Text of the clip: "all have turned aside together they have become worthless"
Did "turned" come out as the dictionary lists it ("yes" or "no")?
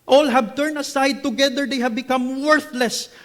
no